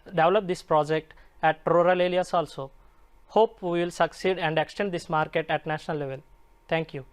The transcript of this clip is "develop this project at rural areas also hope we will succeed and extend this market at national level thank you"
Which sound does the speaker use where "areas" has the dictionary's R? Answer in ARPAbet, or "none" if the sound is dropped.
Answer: L